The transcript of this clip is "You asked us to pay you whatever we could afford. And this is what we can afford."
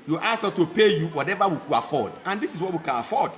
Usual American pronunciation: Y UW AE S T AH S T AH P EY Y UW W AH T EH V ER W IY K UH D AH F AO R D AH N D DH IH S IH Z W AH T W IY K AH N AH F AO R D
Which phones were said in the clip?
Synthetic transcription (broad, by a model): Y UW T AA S T AH P EY Y UW W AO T EH V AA W IY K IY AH F AO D AH N D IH S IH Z W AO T W IY K AH N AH F AO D